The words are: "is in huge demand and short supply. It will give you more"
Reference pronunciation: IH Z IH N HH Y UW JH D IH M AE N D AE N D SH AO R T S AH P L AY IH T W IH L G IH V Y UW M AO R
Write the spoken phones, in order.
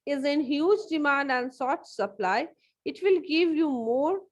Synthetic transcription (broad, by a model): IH Z IH N HH Y UW JH D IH M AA N D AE N D S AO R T S AH P L AY IH T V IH L G IH V Y UW M AO R